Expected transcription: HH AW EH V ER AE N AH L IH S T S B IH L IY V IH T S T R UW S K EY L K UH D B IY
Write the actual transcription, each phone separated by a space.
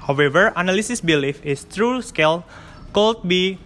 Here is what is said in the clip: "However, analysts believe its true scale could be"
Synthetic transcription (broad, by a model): HH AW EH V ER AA N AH L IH S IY S B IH L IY F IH S T R UW S K EY L K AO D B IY